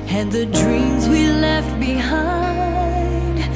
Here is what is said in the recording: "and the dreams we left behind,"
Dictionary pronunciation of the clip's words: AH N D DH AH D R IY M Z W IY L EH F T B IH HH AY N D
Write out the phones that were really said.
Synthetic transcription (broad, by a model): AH N DH AH D R IY M Z W IY L EH F T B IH HH AY N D